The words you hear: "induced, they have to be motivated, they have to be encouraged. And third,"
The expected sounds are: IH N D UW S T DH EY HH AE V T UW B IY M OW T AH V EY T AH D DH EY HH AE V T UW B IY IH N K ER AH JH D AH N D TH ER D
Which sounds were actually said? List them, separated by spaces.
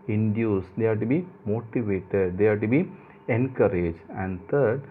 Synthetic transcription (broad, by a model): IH N D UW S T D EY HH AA T UW B IY M OW T AH V EY T AH D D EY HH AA T UW B IY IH N K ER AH JH AH N D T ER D